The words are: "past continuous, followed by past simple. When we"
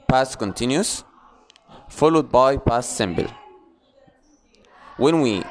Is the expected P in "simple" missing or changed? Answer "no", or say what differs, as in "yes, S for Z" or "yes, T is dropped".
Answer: yes, B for P